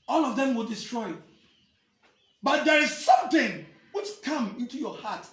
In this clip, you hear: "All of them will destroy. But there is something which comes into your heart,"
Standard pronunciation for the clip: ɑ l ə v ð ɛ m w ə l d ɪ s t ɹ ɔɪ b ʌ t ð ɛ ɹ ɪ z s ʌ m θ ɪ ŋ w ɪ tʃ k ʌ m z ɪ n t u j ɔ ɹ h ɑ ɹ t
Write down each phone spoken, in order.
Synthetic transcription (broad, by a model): ɑ l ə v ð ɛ m w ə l d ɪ s t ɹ ɔɪ b ʌ t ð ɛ ɹ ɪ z s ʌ m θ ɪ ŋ w ɪ tʃ k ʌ m ɪ n t u j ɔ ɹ h ɑ t